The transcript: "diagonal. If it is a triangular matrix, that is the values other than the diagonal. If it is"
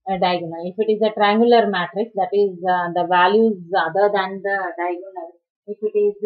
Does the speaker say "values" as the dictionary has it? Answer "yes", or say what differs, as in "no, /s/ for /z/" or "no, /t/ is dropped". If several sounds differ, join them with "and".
yes